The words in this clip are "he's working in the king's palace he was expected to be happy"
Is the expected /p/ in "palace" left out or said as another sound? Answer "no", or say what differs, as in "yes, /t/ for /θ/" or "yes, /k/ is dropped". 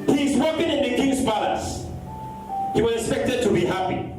yes, /b/ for /p/